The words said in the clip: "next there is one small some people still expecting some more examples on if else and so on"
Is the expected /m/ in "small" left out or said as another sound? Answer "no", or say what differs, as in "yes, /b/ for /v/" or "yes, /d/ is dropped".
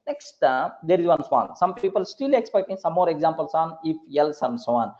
yes, /m/ is dropped